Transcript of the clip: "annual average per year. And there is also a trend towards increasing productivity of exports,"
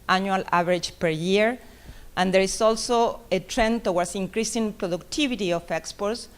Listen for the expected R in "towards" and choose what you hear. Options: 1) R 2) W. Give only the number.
2